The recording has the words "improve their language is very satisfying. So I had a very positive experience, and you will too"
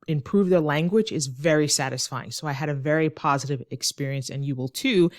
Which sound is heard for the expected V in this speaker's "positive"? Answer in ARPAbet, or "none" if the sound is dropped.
V